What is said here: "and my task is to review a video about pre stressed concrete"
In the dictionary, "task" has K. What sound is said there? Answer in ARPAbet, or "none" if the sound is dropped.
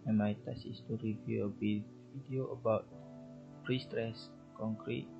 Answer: none